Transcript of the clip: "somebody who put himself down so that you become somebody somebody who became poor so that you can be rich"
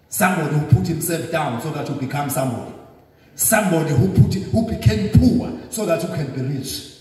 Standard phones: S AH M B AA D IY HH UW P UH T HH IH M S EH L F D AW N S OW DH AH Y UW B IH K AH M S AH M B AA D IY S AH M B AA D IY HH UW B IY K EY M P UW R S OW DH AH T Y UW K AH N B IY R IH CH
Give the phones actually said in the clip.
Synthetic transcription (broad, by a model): S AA M B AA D IY HH UW P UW T HH IH M S EH L F D AW N S OW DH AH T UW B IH K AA M S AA M B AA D IY S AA M B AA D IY HH UW B IY K EY M P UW W S OW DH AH T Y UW K AH N B IY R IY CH